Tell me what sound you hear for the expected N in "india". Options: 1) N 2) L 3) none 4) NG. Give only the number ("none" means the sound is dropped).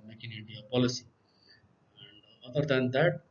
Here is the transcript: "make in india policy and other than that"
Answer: 3